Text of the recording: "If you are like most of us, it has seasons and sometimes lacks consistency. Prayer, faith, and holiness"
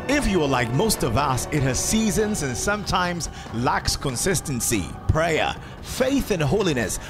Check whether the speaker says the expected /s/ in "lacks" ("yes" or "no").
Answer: yes